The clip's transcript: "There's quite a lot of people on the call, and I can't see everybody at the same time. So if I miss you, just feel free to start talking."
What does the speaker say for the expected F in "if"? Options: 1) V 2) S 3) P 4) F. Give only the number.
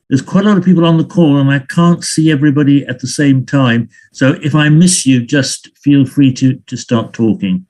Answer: 4